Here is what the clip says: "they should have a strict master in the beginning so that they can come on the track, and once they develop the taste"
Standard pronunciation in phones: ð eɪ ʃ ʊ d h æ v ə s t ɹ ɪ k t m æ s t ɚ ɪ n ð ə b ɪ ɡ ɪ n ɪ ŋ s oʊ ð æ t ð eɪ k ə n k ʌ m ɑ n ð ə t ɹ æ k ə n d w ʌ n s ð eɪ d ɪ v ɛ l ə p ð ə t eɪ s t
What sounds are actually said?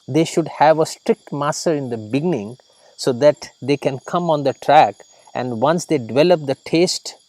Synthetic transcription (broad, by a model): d eɪ ʃ ʊ d h æ v ə s t ɹ ɪ k t m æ s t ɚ ɪ n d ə b ɪ ɡ ɪ n ɪ ŋ s oʊ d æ t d eɪ k ə n k ʌ m ɑ n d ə t ɹ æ k ə n d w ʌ n s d eɪ d ɪ v ɛ l ə p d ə t eɪ s t